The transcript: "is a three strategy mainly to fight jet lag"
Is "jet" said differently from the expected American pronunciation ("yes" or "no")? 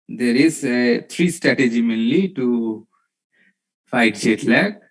yes